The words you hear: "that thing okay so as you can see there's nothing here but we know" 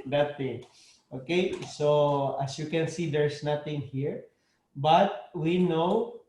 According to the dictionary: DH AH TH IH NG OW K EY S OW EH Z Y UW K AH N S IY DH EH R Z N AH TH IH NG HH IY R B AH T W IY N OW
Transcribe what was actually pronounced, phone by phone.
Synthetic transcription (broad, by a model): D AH T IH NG OW K EY S OW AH S Y UW K AH N S IY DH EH R S N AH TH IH NG HH IY R B AH T W IY N OW